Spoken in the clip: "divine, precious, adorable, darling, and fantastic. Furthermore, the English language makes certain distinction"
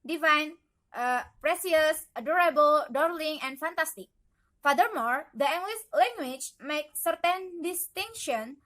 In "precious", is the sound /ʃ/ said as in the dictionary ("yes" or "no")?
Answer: no